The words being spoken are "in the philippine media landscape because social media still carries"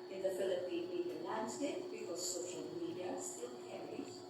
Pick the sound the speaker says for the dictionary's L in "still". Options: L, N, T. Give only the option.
N